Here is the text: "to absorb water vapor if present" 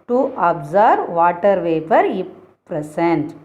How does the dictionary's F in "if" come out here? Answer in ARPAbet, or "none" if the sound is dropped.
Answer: P